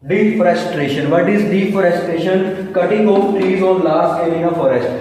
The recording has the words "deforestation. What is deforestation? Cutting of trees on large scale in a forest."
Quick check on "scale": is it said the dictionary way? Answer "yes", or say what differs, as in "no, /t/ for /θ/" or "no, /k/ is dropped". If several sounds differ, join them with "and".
no, /k/ is dropped and /n/ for /l/